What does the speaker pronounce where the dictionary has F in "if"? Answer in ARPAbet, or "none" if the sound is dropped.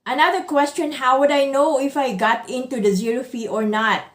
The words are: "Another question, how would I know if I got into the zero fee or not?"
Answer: F